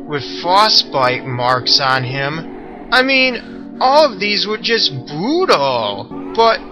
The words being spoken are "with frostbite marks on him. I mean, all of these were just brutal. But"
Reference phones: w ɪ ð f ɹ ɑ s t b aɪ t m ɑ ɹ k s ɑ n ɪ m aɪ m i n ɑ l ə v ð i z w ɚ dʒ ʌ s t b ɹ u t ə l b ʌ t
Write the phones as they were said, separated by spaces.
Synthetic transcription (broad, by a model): w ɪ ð f ɑ s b aɪ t m ɑ ɹ k s n ɪ m aɪ m i n ɑ l ə v ð i z w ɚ dʒ ʌ s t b u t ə l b ʌ t